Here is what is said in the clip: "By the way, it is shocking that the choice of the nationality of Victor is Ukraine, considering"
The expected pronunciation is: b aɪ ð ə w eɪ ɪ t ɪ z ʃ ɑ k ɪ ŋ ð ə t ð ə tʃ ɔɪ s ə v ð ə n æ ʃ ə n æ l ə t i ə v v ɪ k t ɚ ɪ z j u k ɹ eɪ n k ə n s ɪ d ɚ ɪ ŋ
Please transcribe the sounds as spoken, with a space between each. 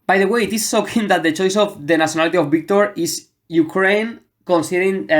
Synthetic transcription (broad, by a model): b aɪ ð ə w eɪ ɪ t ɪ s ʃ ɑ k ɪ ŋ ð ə t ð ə tʃ ɔɪ s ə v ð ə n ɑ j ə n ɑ l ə t i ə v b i k t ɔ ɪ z j u k ɹ eɪ n k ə n s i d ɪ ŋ